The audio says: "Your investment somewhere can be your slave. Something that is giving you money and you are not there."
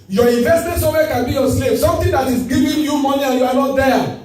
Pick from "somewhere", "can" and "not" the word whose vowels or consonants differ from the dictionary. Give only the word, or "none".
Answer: somewhere